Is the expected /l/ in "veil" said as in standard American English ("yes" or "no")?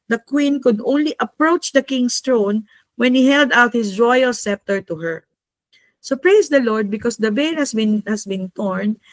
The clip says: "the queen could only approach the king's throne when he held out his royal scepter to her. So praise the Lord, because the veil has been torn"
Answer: no